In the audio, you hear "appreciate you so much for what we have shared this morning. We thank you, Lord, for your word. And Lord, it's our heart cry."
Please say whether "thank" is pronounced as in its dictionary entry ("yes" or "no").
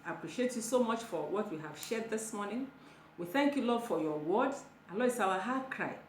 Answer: yes